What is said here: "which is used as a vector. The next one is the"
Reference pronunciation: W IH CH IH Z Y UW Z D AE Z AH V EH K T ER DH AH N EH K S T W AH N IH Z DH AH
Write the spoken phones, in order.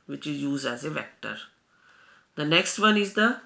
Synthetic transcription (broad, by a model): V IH CH IH Z Y UW Z D AE Z AH V EH K T ER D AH N EH K S T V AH N IH Z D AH